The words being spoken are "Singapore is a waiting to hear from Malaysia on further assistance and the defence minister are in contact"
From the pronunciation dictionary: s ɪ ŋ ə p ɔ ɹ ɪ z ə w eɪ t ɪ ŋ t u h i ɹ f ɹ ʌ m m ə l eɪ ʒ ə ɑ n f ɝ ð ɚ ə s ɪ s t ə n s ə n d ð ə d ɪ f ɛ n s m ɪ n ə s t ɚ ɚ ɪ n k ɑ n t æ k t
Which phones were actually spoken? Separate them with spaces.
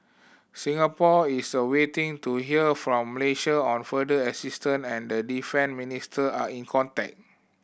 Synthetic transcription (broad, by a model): s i ŋ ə p ɔ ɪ s ə w eɪ t ɪ ŋ t u h i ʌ f ɹ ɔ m m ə l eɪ ʃ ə ɑ n f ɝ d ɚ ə s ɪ s t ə n ə n d ə d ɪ f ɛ n m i n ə s t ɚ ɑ ɪ n k ɑ n t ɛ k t